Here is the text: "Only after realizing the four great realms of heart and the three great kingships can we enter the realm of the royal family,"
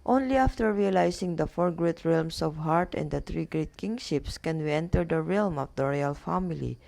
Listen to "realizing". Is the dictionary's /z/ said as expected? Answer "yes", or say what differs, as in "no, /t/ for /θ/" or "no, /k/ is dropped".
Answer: no, /s/ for /z/